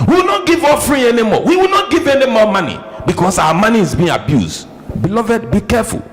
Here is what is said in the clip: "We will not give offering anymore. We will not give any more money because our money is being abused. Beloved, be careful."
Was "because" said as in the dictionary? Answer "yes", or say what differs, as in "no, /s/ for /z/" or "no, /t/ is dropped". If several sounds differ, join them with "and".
no, /s/ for /z/